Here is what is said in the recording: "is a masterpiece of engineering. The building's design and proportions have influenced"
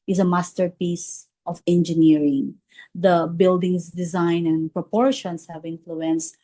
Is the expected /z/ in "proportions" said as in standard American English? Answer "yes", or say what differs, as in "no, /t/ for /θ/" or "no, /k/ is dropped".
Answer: no, /s/ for /z/